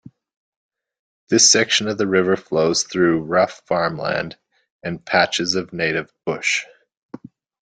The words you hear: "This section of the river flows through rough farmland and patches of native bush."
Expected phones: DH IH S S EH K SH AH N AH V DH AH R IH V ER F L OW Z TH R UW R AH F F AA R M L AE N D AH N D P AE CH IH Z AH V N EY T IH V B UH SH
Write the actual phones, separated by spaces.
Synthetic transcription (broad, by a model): DH IH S S EH K SH AH N AH V DH AH R IH V ER F L OW Z TH R UW R AH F F AA R M L AE N D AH N P AE CH IH Z AH V N EY T IH V B UH SH